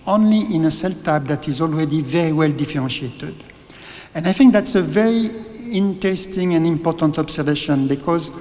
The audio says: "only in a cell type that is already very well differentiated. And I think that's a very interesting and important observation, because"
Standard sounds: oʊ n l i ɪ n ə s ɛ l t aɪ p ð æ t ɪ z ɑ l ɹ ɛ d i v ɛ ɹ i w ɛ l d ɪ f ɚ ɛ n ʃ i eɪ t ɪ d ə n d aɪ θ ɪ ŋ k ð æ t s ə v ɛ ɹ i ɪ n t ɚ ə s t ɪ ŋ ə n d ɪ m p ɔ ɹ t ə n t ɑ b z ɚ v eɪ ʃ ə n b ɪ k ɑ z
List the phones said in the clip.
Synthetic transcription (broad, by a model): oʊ n l i ɪ n ə s ɛ l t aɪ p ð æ t ɪ z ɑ l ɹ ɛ d i v ɛ ɹ i w ɛ l d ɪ f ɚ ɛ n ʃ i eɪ t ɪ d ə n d aɪ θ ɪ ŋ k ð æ t s ə v ɛ ɹ i ɪ n t ɚ ə s t ɪ ŋ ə n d ɪ m p ɔ ɹ t ə n t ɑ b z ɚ v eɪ ʃ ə n b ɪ k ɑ z